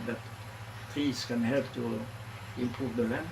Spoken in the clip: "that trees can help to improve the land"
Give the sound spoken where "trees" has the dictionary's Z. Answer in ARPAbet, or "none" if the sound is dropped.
S